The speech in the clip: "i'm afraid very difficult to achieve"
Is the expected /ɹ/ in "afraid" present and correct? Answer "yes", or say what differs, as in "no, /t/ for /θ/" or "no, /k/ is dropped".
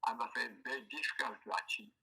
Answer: no, /ɹ/ is dropped